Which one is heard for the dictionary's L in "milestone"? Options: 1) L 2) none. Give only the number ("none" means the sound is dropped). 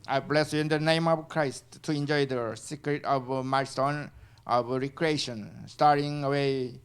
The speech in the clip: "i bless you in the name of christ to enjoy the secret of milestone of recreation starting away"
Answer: 2